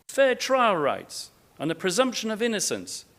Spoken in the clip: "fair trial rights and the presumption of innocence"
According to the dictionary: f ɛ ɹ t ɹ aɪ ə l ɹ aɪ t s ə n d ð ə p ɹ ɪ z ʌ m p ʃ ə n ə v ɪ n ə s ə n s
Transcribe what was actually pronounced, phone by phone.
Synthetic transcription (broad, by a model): f ɛ t ɹ aɪ ə l ɹ aɪ t s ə n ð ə p ɹ ɪ z ʌ m p ʃ ə n ə v ɪ n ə s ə n s